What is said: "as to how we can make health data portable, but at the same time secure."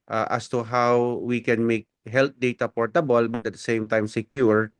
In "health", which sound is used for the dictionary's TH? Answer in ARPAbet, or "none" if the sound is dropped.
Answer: T